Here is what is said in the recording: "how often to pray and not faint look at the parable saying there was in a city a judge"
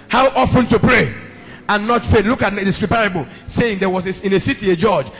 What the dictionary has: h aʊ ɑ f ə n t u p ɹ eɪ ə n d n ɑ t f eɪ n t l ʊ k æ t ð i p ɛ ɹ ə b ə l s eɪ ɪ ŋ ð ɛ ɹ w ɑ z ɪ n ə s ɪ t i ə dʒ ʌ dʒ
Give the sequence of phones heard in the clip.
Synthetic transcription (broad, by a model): h aʊ ɑ f ə n t u p ɹ eɪ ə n n ɑ t f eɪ t l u k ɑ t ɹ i p ɛ ɹ ə b ə l s eɪ ɪ ŋ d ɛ w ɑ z ɪ n ə s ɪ t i ə dʒ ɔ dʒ